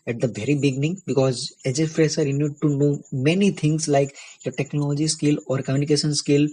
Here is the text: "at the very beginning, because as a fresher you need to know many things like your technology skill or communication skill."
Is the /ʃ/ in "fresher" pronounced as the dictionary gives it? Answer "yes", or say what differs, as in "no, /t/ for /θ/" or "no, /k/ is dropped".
no, /s/ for /ʃ/